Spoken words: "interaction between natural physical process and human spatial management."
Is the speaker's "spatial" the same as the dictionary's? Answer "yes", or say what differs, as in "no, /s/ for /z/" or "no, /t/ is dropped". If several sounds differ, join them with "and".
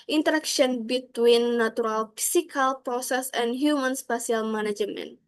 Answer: no, /s/ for /ʃ/